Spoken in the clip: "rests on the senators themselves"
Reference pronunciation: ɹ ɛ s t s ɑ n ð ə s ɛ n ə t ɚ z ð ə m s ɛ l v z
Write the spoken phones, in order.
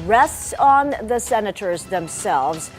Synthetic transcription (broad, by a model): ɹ ɛ s t s n ð ə s ɛ n ə t ɚ z ð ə m s ɛ l v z